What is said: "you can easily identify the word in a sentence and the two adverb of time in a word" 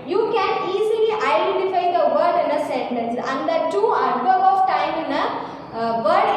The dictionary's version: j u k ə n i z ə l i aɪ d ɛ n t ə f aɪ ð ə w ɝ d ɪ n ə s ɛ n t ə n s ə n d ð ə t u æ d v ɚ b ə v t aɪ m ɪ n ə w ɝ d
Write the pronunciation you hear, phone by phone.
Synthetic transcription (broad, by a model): j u k ə n i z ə l i aɪ d ɛ n t ə f aɪ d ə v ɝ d ɪ n ə s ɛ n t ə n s ə n d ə t u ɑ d b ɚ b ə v t aɪ m ɪ n ə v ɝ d